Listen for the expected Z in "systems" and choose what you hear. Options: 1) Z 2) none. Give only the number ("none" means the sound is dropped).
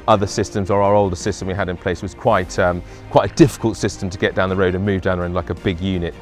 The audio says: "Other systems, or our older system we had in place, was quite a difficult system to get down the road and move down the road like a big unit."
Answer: 1